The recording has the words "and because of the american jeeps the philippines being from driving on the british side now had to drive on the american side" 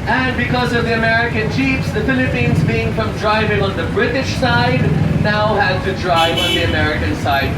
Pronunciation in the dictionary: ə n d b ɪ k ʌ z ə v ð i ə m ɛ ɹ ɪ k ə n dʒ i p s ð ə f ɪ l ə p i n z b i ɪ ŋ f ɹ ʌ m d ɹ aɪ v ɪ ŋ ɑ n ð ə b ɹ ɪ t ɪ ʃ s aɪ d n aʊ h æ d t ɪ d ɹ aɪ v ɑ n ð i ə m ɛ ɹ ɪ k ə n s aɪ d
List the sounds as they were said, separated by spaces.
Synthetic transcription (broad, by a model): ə n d b ɪ k ʌ z ə v ð i ə m ɛ ɹ ɪ k ə n tʃ i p s ð ə f ɪ l ə p i n z b i ɪ ŋ f ɹ ʌ m d ɹ aɪ v ɪ ŋ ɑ n ð ə b ɹ ɪ t ɪ ʃ s aɪ d n aʊ h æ d t ɪ d ɹ aɪ v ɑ n ð i ə m ɛ ɹ ɪ k ə n s aɪ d